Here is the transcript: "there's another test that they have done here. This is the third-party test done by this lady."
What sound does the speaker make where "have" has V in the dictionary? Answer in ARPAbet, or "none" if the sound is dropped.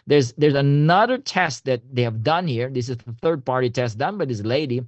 V